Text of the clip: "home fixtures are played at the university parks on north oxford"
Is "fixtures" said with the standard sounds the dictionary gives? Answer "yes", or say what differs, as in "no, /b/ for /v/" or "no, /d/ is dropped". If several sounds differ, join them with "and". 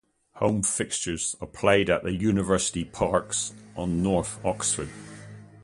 yes